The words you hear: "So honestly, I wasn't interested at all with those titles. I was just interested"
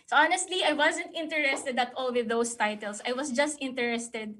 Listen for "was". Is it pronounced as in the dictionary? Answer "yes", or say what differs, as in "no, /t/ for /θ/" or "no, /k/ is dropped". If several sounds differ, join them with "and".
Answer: no, /s/ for /z/